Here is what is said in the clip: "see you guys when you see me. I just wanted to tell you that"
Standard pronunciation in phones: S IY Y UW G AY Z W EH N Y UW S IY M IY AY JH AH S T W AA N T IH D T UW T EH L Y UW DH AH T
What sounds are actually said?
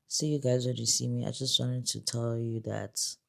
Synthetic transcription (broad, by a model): S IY Y UW G AY Z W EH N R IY S IY M IY AY JH AH S T W AA N T IH D T UW T EH L Y UW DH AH T